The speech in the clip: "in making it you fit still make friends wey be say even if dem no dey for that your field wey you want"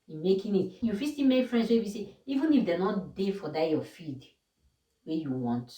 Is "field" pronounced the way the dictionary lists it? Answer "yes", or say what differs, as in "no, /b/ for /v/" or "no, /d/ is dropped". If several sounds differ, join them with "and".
no, /l/ is dropped